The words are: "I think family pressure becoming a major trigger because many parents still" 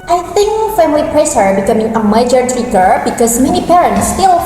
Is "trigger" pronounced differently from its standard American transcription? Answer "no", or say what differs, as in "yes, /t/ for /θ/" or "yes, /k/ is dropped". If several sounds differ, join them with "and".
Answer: yes, /ɹ/ is dropped